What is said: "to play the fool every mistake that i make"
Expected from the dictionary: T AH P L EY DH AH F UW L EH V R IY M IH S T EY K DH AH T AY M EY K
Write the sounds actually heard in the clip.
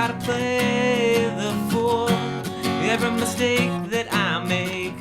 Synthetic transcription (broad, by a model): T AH P L EY DH AH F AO W EH V R IY M IH S T EY K DH AH T AY M EY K